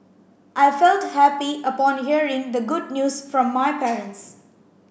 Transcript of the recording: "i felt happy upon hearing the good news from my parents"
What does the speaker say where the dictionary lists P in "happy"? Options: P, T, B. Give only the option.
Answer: P